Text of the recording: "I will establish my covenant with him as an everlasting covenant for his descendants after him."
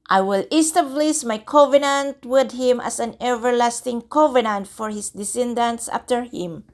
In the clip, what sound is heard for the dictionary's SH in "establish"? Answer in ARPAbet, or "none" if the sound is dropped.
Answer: S